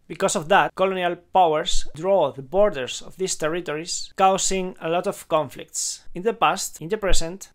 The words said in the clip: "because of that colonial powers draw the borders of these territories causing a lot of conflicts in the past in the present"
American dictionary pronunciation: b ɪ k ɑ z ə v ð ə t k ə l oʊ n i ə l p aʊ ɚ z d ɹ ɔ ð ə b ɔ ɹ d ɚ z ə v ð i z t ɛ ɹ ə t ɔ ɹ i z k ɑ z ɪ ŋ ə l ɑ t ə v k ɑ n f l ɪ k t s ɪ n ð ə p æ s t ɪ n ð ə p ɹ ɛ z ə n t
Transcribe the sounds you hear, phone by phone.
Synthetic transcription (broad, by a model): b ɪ k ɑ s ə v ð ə t k ə l oʊ n i ə l p aʊ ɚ s d ɹ ɔ ð ə b ɔ ɹ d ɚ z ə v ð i s t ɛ ɹ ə t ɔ ɹ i s k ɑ s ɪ ŋ ə l ɑ t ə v k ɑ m f l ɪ k t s ɪ n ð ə p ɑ s t ɪ n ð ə p ɹ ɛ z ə n t